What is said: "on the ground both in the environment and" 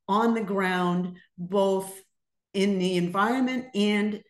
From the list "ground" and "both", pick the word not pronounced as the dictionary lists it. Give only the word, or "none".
none